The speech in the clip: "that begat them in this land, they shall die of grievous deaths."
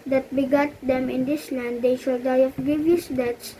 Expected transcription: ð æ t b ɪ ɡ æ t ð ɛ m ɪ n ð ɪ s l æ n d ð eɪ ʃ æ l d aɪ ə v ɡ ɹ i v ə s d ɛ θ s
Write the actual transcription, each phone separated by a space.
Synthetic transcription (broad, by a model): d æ t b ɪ ɡ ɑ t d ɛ m ɪ n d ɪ s l æ n d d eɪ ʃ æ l d aɪ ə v ɡ i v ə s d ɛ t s